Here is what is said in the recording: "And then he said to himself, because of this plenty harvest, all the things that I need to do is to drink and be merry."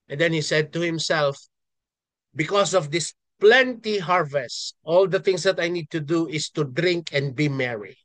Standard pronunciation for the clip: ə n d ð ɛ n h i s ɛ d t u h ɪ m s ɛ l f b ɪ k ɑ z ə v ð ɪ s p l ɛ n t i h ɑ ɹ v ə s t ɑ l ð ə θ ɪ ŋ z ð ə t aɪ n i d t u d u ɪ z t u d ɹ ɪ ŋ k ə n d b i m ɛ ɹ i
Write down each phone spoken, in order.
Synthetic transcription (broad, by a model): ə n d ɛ n h i s ɛ d t u h ɪ m s ɛ l f b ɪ k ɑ s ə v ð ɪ s p l ɛ n t i h ɑ ɹ v ə s t ɑ l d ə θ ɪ ŋ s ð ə t aɪ n i d t u d u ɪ s t u d ɹ ɪ ŋ k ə n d b i m ɛ ɹ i